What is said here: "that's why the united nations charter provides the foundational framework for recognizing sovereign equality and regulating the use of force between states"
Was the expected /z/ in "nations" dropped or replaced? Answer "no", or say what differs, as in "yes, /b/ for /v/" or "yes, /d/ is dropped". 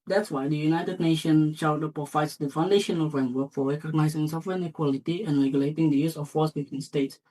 yes, /z/ is dropped